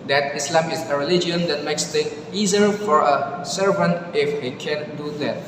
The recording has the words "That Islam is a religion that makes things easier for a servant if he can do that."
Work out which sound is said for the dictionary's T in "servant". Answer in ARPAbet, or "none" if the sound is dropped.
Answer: T